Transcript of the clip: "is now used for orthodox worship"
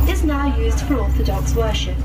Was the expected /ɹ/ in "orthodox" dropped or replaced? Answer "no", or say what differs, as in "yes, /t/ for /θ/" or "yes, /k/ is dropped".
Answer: yes, /l/ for /ɹ/